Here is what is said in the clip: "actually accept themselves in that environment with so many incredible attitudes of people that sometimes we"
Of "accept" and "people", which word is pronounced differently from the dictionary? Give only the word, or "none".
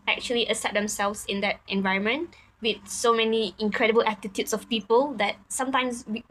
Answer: accept